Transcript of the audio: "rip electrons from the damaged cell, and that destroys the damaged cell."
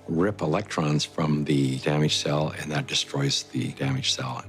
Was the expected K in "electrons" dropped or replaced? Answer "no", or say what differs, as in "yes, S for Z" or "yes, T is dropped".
no